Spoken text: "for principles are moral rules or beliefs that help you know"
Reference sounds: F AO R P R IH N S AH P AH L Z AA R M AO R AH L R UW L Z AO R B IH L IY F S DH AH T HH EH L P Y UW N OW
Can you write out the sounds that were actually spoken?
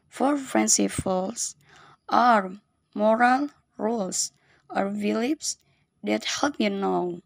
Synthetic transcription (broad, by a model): F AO R F R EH N S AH F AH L S AA R M AO R AH L R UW L S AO R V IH L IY P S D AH T HH EH L P Y UW N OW